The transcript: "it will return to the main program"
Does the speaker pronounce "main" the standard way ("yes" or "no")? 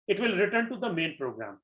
yes